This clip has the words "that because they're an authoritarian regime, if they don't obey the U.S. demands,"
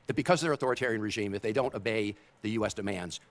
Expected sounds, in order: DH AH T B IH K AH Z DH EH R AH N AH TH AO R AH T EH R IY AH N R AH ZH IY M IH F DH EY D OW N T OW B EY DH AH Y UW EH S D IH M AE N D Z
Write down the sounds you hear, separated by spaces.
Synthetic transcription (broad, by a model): DH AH T B IH K AH Z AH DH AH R AH TH AO R AH T EH R IY AH N R AH ZH IY M IH F DH EY D OW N T OW B EY DH AH Y UW EH S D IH M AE N D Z